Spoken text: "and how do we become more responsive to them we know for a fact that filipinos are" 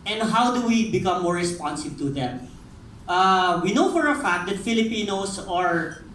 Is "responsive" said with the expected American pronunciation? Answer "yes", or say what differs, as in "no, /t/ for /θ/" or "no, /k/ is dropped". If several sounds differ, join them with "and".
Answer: no, /b/ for /v/